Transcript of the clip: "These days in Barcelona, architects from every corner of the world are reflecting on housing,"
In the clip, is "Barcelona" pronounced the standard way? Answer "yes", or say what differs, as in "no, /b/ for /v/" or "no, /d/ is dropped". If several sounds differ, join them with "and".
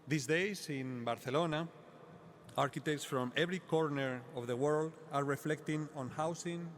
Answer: no, /θ/ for /s/